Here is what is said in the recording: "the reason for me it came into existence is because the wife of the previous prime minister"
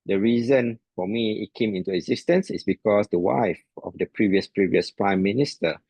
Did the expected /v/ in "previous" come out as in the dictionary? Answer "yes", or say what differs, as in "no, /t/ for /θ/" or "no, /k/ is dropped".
yes